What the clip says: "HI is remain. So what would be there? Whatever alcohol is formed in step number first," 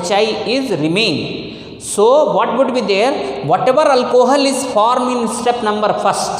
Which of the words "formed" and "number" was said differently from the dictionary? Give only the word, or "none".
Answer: formed